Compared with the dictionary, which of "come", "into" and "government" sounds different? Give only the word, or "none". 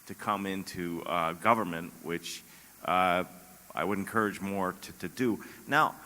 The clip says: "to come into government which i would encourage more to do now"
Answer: none